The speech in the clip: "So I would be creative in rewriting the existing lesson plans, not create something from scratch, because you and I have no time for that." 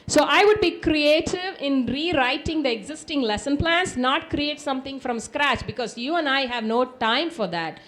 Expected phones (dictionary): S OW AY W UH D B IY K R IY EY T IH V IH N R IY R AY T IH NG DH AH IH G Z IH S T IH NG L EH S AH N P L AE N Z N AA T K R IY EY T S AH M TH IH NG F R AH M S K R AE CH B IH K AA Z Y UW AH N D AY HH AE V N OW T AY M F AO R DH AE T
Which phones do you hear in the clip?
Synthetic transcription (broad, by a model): S OW AY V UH D B IY K R IY EY T IH V IH N R IY R AY T IH NG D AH IH G Z IH S T IH NG L EH S AH N P L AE N S N AA T K R IY EY T S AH M T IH NG F R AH M S K R AE CH B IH K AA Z Y UW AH N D AY HH AE V N OW T AY M F AO R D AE T